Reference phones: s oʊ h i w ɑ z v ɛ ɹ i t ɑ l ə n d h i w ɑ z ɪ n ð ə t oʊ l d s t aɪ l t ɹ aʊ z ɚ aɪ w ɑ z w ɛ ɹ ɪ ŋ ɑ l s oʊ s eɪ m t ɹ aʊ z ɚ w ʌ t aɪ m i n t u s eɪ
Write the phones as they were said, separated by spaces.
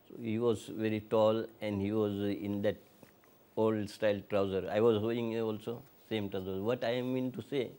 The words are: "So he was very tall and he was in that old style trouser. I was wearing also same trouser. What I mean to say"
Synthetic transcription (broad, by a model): s oʊ h i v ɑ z v ɛ ɹ i t ɑ l ə n d h i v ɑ z ɪ n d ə t oʊ l d s t aɪ l t ɹ aʊ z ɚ aɪ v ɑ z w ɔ ɪ ŋ ɑ l s oʊ s eɪ m t ɹ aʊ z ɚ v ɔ t aɪ m i n t u s eɪ